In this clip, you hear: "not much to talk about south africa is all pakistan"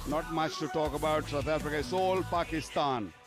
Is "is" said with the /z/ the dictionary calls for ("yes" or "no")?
no